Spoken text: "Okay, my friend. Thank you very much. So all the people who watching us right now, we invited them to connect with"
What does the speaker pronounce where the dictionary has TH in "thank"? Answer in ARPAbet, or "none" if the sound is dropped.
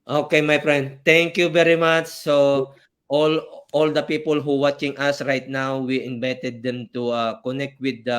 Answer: T